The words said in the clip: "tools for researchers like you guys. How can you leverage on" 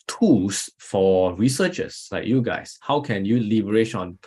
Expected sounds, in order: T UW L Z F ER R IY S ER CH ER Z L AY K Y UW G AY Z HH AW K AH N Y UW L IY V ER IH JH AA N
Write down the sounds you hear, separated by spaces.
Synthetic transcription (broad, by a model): T UW L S F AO R IY S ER CH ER S L AY K Y UW G AY S HH AW K AH N Y UW L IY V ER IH SH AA N